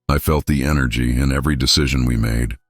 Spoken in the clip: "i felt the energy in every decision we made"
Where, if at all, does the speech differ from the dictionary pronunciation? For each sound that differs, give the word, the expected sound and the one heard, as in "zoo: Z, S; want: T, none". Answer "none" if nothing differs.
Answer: none